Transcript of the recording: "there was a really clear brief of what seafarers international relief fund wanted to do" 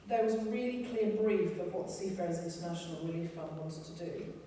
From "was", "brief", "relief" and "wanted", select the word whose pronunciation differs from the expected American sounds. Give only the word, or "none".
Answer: none